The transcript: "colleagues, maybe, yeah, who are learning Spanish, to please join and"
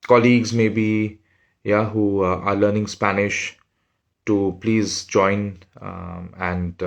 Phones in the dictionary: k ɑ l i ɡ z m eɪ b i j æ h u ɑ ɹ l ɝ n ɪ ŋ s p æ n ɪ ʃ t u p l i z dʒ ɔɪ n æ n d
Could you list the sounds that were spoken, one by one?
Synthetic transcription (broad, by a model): k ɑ l i ɡ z m eɪ b i j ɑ h u ɑ ɹ l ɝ n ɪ ŋ s p æ n ɪ ʃ t u p l i z dʒ ɔɪ n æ n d